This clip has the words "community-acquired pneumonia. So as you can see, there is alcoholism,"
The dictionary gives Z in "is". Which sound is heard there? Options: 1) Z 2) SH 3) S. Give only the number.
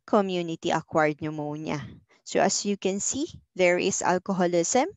3